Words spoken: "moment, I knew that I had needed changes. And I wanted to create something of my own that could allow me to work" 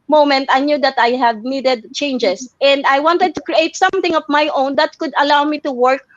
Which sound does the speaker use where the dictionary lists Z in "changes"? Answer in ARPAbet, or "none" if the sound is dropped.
S